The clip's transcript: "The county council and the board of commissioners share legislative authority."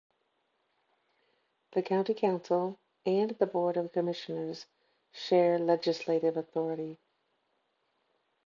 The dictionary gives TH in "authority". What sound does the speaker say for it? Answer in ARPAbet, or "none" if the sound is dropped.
TH